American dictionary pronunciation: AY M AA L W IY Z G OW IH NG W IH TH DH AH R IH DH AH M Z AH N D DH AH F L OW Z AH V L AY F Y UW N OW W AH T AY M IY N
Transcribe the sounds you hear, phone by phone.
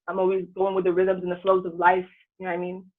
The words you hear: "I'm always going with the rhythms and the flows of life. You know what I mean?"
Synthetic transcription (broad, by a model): AY M AA L W IY Z G OW IH NG W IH DH AH R IH DH AH M Z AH N DH AH F L OW Z AH V L AY F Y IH N OW AY M IY N